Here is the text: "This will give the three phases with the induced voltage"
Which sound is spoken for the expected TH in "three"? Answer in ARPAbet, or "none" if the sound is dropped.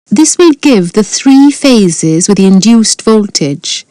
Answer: TH